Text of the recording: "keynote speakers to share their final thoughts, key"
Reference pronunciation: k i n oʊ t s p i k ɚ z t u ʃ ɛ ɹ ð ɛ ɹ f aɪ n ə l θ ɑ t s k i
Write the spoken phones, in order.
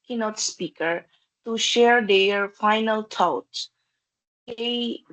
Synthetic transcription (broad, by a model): k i n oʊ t s p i k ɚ t u ʃ ɛ ɹ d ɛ ɹ f aɪ n ə l t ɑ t k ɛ